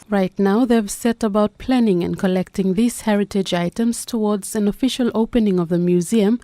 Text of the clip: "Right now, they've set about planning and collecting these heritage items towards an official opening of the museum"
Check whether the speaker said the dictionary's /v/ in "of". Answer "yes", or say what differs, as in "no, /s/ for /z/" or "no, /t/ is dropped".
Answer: yes